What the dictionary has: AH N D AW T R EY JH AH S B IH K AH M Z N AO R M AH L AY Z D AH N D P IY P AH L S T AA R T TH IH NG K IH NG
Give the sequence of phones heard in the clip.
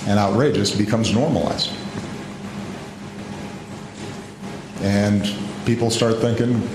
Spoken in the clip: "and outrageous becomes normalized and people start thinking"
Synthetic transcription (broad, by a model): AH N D AW T R EY JH AH S B IH K AH M Z N AO R M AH L AY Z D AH N P IY P L S T AA R T TH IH NG K IH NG